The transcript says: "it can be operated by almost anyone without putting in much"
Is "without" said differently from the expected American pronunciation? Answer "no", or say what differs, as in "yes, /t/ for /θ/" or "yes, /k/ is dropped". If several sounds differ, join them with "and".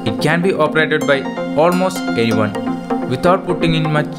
yes, /t/ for /θ/